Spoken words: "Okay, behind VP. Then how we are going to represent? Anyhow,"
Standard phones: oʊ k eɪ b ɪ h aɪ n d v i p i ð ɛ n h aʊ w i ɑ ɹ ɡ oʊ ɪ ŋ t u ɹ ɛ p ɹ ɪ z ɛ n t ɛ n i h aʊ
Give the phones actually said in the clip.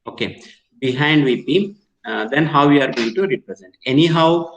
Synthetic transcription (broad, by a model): oʊ k eɪ b ɪ h aɪ n d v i b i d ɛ n h aʊ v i ɑ ɹ ɡ oʊ ɪ ŋ t u ɹ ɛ p ɹ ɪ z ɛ n t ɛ n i h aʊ